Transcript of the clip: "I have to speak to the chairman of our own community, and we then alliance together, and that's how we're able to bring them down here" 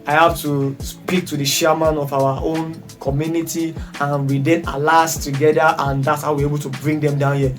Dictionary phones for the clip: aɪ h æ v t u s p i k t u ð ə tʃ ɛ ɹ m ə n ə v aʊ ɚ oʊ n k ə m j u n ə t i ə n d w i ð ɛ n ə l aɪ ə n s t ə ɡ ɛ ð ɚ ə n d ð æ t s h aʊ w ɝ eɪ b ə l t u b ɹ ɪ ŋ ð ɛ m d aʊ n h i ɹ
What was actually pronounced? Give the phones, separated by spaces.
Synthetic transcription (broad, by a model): aɪ h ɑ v t u s p i k t u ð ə ʃ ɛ m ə n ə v aʊ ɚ oʊ n k ə m j u n ə t i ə n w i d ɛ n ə l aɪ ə s t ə ɡ ɛ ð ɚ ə n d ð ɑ t s h aʊ w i eɪ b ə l t u b ɹ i ŋ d ɛ m d aʊ n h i